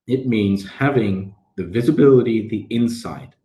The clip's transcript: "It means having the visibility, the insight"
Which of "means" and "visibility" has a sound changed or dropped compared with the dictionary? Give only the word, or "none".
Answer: none